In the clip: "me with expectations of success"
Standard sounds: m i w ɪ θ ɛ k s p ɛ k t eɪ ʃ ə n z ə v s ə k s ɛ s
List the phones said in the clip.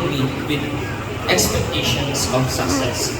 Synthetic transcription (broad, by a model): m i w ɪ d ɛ k s p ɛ k t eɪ ʃ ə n s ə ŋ s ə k s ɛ s